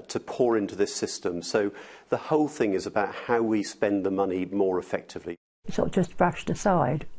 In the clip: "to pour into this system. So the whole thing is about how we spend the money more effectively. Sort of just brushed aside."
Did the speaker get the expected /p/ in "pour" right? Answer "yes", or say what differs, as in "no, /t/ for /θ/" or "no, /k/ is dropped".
yes